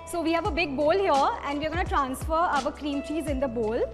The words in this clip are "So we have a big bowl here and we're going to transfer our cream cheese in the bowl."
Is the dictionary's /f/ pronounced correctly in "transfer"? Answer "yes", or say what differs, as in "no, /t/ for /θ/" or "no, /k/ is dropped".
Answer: yes